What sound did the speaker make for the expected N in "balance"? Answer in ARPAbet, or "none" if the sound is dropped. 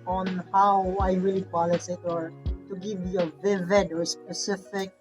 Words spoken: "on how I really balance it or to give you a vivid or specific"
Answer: none